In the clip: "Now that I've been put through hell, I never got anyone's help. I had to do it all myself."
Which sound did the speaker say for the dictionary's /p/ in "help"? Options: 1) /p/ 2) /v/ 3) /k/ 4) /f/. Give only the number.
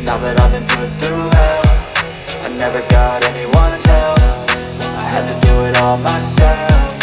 4